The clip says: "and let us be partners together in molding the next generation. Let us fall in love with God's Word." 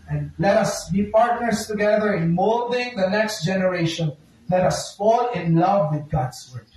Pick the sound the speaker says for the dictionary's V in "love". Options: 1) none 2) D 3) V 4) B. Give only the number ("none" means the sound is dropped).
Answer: 3